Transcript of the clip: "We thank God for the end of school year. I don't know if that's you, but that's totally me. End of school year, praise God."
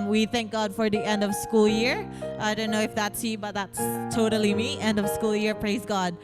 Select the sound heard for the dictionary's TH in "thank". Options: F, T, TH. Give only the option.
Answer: TH